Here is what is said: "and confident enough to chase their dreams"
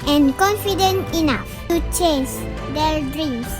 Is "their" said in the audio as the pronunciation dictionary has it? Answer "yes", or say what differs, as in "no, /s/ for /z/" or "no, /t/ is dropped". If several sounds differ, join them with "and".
no, /l/ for /ɹ/